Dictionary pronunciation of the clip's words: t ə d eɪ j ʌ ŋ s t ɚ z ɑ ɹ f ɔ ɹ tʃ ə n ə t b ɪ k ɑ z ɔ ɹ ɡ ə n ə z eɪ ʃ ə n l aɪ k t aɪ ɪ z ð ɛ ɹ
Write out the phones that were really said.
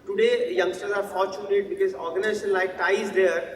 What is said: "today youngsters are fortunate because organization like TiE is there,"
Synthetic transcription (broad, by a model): t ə d eɪ j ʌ ŋ s t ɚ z ɑ ɹ f ɔ ɹ tʃ ə n ə t b ɪ k ɑ z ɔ ɹ ɡ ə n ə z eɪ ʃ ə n l aɪ k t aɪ ɪ z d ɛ ɹ